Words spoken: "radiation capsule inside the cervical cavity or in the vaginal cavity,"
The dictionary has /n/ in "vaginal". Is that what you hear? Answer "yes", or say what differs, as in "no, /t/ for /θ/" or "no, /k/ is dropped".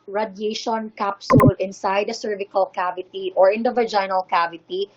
yes